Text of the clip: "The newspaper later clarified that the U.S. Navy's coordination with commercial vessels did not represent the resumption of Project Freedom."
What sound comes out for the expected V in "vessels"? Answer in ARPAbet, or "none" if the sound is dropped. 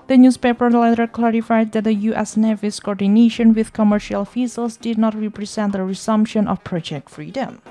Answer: F